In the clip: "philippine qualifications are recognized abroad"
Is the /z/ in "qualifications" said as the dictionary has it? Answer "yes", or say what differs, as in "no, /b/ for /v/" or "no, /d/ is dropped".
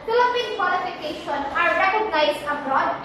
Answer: no, /z/ is dropped